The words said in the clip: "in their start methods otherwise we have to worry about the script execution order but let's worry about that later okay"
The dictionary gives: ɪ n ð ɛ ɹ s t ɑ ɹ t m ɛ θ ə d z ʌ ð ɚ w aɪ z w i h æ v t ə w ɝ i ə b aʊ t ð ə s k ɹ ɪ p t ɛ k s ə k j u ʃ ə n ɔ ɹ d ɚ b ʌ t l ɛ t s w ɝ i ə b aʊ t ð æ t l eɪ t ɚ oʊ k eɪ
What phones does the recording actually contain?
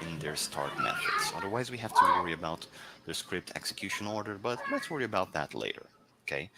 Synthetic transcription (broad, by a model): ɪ n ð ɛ ɹ s t ɑ ɹ t m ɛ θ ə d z ʌ ð ɚ w aɪ z w i h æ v t ə w ɝ i ə b aʊ t ð ə s k ɹ ɪ p t ɛ k s ə k j u ʃ ə n ɔ ɹ d ɚ b ʌ t l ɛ t s w ɝ i ə b aʊ t ð æ t l eɪ t ɚ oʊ k eɪ